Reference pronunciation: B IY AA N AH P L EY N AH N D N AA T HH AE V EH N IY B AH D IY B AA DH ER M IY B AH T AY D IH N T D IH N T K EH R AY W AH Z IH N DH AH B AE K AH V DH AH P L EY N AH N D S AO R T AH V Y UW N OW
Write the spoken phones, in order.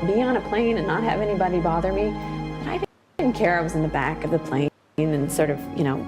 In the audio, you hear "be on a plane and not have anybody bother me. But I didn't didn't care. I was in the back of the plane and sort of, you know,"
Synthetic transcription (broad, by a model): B IY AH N AH P L EY N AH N N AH T HH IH V EH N IY B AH D IY B AA DH ER M IY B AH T AY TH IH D N K EH R AY W AH Z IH N DH AH B AE K AH V DH AH P L EY N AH N S AO R T AH V Y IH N OW